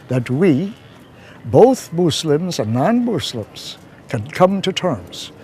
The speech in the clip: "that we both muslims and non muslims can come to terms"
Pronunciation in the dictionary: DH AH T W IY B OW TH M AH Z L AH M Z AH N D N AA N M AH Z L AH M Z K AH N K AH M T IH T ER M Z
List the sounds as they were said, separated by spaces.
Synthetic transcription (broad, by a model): DH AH T W IY B OW TH M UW S L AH M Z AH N N AA N M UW S L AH M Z K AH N K AH M T IH T ER M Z